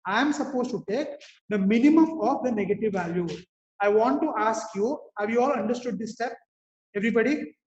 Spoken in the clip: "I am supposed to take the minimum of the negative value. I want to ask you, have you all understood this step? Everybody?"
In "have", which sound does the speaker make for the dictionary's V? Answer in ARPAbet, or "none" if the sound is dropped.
V